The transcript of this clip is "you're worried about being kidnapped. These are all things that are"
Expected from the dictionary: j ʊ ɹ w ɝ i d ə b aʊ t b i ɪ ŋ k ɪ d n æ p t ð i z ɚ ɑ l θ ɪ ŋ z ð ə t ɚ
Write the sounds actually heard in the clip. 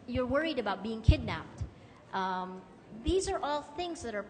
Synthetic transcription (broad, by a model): j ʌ ɹ w ɝ i d ə b aʊ t b i ɪ ŋ k ɪ d n æ p t ð i z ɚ ɑ l θ ɪ ŋ z ð ə t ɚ